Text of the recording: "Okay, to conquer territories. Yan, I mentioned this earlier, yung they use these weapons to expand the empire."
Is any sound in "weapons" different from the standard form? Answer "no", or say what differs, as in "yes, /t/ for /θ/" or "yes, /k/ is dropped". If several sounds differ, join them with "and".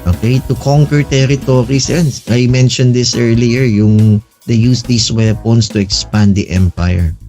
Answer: yes, /s/ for /z/